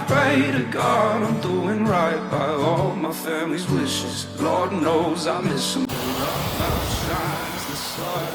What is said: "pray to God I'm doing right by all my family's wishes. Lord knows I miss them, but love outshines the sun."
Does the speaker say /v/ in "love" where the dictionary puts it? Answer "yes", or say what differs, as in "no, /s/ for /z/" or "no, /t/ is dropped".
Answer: no, /v/ is dropped